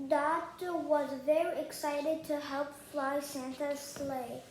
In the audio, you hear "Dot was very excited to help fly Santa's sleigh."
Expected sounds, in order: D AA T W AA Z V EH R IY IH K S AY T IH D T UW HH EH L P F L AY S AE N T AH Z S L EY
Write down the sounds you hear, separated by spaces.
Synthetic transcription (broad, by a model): D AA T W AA Z V EH R IY IH K S AY T IH D T UW HH EH L P F L AY S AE N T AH S L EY